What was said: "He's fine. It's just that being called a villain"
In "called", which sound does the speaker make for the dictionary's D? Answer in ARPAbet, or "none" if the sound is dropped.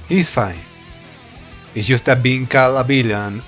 none